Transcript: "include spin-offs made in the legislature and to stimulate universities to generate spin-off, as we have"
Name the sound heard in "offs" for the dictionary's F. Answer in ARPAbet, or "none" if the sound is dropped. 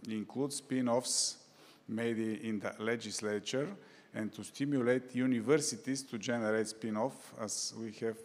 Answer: F